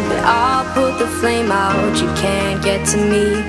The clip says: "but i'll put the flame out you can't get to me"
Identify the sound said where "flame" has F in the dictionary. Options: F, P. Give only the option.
F